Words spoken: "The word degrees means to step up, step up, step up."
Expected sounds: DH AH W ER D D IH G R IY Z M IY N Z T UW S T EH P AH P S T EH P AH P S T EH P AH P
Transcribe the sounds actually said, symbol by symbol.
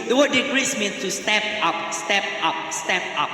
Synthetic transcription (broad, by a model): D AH W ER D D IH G R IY S M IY N S T UW S T EH P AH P S T EH P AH P S T EH P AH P